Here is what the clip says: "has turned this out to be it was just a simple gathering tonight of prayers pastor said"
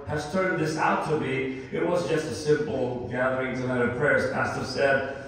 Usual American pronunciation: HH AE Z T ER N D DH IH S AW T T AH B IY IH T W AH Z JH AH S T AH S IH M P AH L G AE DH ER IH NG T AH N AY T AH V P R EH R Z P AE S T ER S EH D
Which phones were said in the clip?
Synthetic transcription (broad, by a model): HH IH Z T ER N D DH IH S AW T T AH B IY IH T W AH Z JH AH S T AH S IH M P L G AE DH ER IH NG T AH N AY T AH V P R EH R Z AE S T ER S EH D